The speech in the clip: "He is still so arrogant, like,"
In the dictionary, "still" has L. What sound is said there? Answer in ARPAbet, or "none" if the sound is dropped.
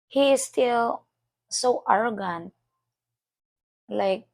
L